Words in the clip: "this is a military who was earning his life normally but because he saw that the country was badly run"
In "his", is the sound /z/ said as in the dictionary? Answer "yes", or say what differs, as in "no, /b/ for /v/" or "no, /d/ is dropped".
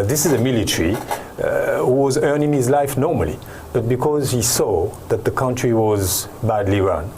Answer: yes